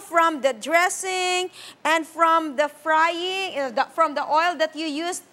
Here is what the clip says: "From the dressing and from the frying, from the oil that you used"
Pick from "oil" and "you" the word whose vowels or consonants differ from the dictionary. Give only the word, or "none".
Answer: none